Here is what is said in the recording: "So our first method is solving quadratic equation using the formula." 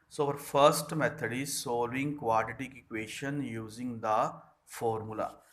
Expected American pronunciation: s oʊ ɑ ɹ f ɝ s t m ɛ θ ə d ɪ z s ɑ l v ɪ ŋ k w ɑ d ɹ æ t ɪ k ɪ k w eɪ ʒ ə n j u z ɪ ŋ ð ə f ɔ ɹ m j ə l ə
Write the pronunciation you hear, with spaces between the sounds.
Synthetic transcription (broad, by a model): s oʊ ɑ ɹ f ɝ s t m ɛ t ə d ɪ z s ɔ l ɪ ŋ k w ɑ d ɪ t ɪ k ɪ k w eɪ ʃ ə n j u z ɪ ŋ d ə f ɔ ɹ m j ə l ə